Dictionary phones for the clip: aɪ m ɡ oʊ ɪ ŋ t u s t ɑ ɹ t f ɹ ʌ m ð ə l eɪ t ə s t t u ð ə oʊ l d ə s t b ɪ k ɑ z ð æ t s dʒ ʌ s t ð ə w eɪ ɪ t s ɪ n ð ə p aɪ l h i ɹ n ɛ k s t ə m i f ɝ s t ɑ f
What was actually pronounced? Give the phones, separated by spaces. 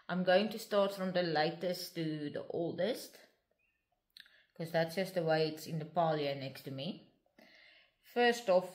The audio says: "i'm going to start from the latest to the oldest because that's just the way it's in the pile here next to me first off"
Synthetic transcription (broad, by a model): aɪ m ɡ oʊ ɪ ŋ t u s t ɑ t f ɹ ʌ m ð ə l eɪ t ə s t t u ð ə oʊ l d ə s t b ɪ k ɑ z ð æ t s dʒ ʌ s t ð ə w eɪ ɪ t s ɪ n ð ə p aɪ l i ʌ n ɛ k t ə m i f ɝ s t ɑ f